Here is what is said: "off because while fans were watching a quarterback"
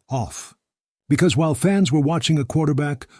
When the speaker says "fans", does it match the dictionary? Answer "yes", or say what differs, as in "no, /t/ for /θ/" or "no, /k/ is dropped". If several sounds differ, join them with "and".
yes